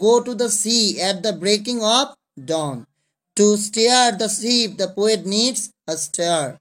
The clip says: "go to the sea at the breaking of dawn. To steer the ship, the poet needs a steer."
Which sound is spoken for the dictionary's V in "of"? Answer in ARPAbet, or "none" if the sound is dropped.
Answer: P